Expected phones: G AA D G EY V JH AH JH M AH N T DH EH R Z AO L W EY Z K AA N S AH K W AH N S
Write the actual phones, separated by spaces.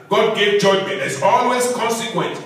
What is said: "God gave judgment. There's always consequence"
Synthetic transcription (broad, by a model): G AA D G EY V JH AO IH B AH T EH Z AO L W EY Z K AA N S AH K W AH N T